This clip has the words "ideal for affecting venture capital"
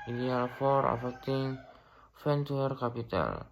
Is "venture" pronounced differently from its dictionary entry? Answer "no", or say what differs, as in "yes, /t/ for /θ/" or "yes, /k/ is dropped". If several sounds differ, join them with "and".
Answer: yes, /f/ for /v/